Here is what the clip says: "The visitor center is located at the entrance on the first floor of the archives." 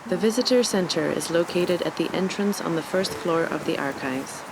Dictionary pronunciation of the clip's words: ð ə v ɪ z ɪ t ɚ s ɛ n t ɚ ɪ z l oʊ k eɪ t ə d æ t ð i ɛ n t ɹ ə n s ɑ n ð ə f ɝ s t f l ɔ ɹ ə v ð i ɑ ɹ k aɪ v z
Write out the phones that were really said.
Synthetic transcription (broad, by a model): ð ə v ɪ z ɪ t ɚ s ɛ n t ɚ ɪ z l oʊ k eɪ t ə d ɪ t ð i ɛ n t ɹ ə n s n ð ə f ɝ s t f l ɔ ɹ ə v ð i ɑ ɹ k aɪ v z